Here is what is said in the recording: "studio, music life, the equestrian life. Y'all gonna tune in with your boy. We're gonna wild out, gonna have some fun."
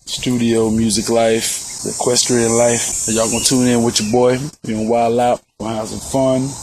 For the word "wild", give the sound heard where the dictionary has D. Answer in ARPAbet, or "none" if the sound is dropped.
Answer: none